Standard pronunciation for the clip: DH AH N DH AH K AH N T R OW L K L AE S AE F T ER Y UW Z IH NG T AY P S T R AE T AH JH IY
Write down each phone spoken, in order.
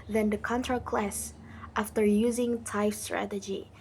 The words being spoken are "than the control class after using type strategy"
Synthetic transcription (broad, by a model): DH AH N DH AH K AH N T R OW K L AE S AE F T ER Y UW Z IH NG T AY F S T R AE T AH JH IY